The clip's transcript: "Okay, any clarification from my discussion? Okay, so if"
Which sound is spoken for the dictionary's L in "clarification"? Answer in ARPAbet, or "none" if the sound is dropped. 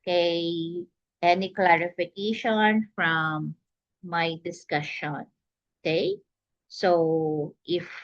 L